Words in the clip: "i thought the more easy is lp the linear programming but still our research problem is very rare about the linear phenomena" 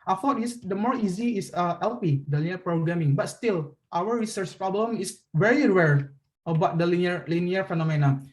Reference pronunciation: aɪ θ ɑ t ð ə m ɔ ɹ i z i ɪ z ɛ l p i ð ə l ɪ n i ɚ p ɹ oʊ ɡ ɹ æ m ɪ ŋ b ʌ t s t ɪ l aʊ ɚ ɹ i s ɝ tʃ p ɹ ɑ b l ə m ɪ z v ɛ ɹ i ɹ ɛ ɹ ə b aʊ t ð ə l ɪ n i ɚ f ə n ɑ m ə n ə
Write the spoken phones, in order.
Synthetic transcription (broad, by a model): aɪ f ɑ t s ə m ɔ ɹ i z i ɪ s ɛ l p i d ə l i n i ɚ p ɹ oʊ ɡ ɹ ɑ m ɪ ŋ b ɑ t s t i l aʊ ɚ ɹ i s ɝ tʃ p ɹ ɑ b l ə m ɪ s v ɛ ɹ i ɹ ɛ ɹ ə b aʊ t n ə l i n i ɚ f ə n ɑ m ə n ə